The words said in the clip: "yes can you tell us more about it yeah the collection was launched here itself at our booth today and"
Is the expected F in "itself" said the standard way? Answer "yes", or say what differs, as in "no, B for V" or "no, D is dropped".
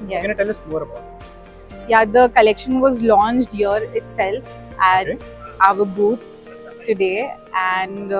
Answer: yes